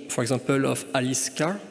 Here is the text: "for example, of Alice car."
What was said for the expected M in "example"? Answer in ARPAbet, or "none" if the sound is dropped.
none